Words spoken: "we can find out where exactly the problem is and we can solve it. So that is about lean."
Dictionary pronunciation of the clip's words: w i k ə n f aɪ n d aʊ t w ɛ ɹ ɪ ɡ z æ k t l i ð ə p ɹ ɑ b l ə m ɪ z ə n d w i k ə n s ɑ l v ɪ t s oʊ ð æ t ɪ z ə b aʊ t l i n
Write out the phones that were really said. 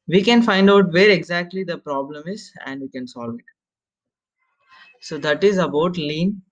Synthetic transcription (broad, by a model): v i k ə n f aɪ n d aʊ t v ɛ ɹ ɪ ɡ z æ k t l i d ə p ɹ ɑ b l ə m ɪ z ə n d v i k ə n s ɑ l v ɪ t s oʊ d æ t ɪ z ə b aʊ t l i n